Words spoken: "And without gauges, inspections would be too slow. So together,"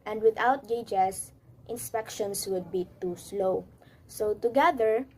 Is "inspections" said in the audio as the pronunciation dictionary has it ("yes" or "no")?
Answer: no